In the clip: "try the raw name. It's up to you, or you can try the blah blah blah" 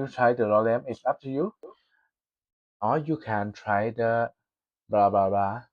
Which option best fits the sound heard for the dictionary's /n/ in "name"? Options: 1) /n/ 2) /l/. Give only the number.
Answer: 2